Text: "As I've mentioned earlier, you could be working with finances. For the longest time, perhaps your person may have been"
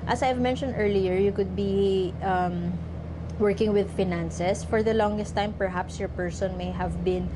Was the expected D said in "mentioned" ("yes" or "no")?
yes